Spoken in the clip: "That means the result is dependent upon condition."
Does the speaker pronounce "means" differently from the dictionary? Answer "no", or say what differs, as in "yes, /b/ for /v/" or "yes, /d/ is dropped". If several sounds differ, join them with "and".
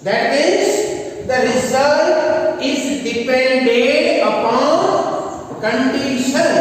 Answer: yes, /n/ is dropped